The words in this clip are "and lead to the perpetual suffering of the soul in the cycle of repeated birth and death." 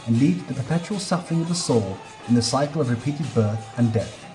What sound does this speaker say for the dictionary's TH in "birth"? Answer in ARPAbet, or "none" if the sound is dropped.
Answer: TH